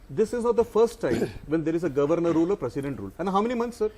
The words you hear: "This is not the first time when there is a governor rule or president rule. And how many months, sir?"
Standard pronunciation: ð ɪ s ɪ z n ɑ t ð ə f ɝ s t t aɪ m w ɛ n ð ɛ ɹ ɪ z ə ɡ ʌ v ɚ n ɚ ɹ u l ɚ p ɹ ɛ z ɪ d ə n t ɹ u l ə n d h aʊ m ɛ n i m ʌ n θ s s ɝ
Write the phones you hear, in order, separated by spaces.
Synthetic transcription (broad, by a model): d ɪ s ɪ z n ɑ t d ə f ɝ s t t aɪ m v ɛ n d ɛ ɹ ɪ z ə ɡ ʌ v ɚ n ɚ ɹ u l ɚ p ɹ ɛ s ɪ d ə n t ɹ u l ə n d h aʊ m ɛ n i m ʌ n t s s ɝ